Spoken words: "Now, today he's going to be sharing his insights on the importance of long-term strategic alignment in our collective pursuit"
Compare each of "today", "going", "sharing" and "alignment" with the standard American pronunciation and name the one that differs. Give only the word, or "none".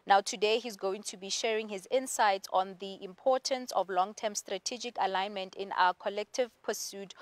none